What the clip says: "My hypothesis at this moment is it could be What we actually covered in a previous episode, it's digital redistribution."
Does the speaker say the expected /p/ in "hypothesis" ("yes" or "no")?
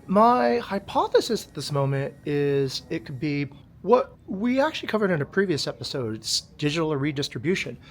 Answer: yes